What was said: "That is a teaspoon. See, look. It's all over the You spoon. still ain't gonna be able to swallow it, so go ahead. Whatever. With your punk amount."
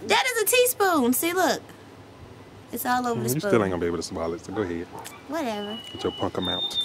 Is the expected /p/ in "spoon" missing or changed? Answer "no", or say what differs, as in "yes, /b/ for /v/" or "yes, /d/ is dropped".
yes, /p/ is dropped